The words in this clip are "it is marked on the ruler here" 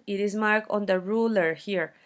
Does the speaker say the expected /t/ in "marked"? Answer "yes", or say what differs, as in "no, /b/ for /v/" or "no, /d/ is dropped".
no, /t/ is dropped